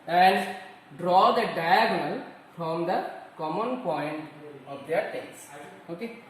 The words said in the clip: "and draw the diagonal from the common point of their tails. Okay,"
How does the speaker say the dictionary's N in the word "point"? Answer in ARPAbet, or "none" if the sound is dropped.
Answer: N